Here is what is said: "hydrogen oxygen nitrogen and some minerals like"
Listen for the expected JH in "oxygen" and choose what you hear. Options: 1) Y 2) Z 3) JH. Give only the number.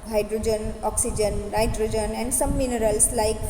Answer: 3